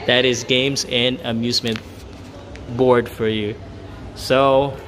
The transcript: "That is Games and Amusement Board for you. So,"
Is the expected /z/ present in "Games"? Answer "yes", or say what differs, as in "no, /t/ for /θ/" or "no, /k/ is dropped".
yes